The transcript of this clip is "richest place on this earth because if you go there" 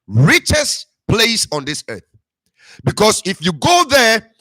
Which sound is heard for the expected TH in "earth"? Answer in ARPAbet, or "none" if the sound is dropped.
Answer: TH